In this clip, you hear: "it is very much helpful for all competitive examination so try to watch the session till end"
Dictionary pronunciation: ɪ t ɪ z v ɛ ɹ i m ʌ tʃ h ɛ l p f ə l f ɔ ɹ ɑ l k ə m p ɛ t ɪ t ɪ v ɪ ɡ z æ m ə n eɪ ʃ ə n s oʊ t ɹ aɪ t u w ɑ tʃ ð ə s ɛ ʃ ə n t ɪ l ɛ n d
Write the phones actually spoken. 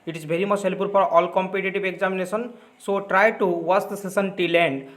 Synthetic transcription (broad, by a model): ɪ t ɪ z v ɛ ɹ i m ʌ tʃ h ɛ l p ə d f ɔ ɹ ɑ l k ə m p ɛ t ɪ t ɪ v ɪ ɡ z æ m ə n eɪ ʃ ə n s oʊ t ɹ aɪ t u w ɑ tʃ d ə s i s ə n t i l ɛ n d